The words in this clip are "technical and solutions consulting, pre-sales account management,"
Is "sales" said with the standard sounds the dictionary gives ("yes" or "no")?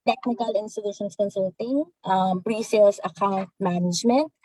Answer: no